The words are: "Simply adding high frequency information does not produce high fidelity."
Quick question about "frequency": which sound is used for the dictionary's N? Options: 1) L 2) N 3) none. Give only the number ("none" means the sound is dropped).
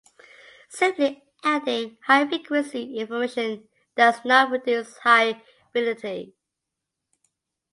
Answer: 3